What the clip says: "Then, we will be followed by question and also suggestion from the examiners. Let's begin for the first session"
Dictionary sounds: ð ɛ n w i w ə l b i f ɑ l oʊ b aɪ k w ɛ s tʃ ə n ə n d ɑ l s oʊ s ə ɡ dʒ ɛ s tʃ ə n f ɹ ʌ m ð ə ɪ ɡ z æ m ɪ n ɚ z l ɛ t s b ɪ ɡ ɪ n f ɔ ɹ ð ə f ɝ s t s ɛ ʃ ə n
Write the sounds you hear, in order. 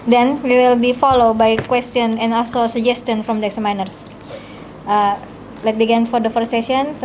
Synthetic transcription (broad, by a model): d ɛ n w i w ə l b i f ɑ l oʊ b aɪ k w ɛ s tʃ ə n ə n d ɑ l s oʊ s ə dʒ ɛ s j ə n f ɹ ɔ m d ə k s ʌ m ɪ n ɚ s l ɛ t b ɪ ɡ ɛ n f ɔ ɹ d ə f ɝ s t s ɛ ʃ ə n